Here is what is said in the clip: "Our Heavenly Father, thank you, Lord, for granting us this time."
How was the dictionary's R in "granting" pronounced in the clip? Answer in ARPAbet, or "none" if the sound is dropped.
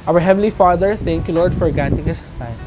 none